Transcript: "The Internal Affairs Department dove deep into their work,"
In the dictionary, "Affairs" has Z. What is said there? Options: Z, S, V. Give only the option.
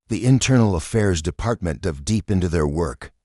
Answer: Z